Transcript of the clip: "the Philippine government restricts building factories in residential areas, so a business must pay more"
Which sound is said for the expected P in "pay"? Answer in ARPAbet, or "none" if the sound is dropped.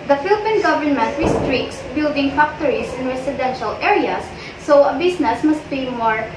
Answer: B